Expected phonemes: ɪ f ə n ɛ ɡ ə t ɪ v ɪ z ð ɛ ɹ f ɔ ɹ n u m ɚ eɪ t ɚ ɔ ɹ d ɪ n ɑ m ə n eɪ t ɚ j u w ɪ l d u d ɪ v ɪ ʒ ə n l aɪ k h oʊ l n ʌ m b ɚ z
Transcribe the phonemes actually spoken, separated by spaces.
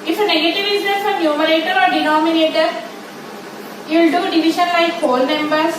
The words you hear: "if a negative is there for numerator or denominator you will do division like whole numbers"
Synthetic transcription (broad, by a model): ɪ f ə n ɛ ɡ ə t ɪ v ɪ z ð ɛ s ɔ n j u m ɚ eɪ t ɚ ɔ ɹ d ɪ n ɑ m ə n eɪ t ɚ j u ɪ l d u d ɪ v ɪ ʃ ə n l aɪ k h oʊ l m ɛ m b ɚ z